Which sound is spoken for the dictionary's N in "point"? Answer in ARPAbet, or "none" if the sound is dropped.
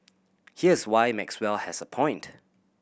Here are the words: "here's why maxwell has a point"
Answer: N